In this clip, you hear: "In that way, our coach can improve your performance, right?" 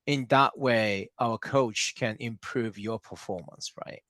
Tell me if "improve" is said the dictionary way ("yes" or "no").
yes